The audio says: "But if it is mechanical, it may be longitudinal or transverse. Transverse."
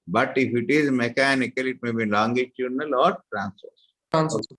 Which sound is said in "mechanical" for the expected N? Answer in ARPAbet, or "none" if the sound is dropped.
N